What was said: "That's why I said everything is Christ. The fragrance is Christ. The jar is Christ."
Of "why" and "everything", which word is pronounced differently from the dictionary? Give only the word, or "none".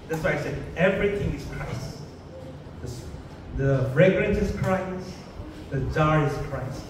everything